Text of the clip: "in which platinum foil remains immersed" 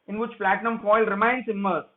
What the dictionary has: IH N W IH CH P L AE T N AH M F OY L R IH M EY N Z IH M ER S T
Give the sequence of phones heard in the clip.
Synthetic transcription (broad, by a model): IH N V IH CH P L AE T N AH M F OY L R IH M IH N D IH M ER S